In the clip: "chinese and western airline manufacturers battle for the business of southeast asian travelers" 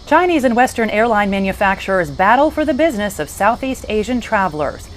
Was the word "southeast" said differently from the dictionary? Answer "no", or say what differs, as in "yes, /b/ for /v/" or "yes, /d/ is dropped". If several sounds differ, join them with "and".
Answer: no